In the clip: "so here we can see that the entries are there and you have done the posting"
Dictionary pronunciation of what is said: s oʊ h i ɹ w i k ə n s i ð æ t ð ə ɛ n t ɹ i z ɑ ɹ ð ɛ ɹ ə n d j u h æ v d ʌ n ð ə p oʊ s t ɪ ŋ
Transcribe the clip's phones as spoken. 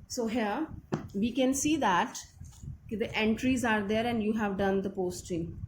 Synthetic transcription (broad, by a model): s oʊ h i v i k ə n s i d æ t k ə ɛ n t ɹ i z ɑ ɹ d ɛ ɹ ə n d j u h æ v d ʌ n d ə p oʊ s t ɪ ŋ